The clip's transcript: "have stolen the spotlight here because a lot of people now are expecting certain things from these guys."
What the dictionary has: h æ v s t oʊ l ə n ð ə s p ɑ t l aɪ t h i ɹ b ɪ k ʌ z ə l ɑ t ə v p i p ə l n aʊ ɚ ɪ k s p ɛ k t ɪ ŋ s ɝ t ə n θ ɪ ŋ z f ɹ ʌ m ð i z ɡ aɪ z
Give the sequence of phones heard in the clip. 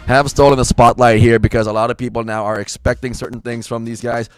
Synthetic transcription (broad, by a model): h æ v s t oʊ l ə n ð ə s p ɑ t l aɪ t h i ɹ b ɪ k ʌ z ə l ɑ t ə v p i p l n aʊ ɚ ɪ k s p ɛ k t ɪ ŋ s ɝ t n θ ɪ ŋ z f ɹ ʌ m ð i z ɡ aɪ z